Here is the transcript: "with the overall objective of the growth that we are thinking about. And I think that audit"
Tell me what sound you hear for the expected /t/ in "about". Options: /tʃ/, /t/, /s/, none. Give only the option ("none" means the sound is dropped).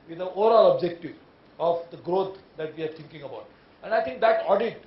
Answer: /t/